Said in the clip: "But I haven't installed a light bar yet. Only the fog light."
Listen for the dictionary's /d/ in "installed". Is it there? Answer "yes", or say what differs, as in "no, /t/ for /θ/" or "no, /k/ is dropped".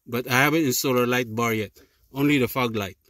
no, /d/ is dropped